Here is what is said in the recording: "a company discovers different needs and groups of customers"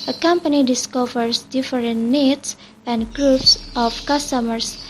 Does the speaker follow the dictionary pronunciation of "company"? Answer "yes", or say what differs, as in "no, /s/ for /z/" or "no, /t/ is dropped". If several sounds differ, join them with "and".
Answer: yes